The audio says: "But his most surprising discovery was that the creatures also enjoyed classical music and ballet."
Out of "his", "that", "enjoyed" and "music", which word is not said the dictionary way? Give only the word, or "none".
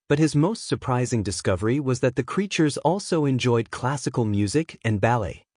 none